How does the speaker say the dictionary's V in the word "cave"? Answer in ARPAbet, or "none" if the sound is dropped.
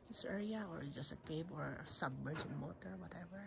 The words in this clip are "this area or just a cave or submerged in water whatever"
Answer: B